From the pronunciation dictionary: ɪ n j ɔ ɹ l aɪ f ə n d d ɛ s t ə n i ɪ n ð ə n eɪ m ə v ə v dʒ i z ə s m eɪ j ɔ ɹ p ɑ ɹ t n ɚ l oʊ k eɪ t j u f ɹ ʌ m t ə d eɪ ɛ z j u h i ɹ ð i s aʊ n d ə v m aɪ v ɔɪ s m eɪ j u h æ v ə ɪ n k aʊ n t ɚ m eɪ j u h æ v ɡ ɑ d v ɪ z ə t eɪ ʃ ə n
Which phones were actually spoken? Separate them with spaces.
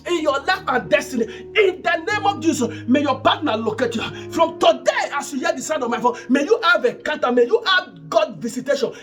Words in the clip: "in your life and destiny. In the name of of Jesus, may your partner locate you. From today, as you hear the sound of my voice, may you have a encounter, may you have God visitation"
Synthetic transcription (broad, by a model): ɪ n j ɔ l aɪ f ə n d d ɛ s t ə n i ɪ n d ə n eɪ m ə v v dʒ i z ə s m eɪ j ɔ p ɑ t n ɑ l oʊ k eɪ t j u f ɹ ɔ m t ə d eɪ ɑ s j u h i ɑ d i s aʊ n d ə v m aɪ f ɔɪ m eɪ j u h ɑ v ə k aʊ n t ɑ m eɪ j u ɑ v ɡ ɑ d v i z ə t eɪ ʃ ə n